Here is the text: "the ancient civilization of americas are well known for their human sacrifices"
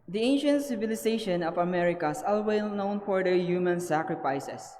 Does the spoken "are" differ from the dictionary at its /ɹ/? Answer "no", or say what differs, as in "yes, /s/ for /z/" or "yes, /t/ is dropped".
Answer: yes, /l/ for /ɹ/